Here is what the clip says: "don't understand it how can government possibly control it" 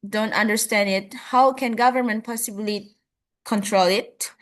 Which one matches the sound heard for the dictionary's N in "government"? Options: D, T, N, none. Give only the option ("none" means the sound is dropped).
N